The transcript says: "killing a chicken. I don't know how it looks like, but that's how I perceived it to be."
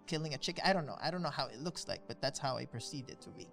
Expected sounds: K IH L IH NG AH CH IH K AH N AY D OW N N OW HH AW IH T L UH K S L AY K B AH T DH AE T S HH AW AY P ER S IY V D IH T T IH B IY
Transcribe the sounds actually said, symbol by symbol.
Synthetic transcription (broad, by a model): K IH L IH NG AH CH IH K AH N AY D OW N N OW HH AW IH T L UH K S L AY K B AH T DH AE T S HH AW AY P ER S IY D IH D T IH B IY